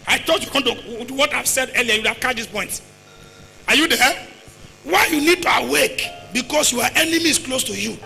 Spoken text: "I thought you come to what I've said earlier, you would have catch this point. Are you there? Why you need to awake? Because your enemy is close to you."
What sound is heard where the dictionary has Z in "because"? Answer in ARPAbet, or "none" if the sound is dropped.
S